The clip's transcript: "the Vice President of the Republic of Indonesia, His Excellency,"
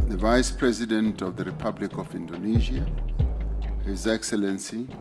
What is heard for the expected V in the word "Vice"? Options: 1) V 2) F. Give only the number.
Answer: 1